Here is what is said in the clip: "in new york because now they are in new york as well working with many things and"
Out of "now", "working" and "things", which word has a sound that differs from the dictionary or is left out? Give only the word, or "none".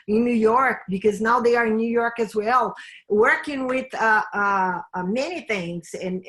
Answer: none